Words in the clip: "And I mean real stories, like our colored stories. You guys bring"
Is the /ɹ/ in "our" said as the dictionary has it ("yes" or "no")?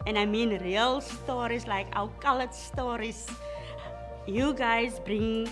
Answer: no